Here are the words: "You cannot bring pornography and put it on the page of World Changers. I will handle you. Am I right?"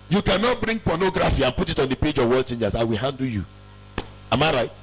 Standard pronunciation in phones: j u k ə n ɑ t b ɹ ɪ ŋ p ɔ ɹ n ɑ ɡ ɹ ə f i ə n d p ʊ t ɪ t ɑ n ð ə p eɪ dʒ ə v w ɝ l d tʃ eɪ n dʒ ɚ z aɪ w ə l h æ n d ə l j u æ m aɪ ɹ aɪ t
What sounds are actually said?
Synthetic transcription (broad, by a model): j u k ə n ɑ t b ɹ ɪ ŋ p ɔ n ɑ ɡ ɹ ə f i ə n p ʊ t ɪ t ɑ n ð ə p eɪ dʒ ə v w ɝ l tʃ eɪ n dʒ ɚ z aɪ w ə l h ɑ n d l j u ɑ m aɪ ɹ aɪ t